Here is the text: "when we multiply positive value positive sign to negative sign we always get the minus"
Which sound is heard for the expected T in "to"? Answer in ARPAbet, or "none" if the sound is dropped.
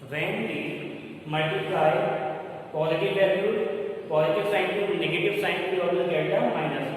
S